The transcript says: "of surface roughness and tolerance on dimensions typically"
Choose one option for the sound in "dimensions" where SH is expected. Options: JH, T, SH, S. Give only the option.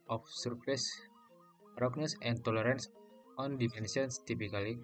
S